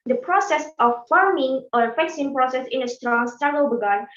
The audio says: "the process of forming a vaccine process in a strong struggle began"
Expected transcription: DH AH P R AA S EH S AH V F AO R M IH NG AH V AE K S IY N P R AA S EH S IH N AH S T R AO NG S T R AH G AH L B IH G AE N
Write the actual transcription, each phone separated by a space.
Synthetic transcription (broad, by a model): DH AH P R AA S EH S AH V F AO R M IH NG AH F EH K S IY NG P R AA S EH S IH N AH S T R AO NG S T AA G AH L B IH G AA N